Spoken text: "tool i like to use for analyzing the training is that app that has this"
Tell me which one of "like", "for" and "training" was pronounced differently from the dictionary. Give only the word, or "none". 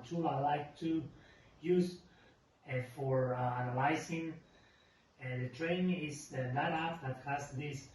training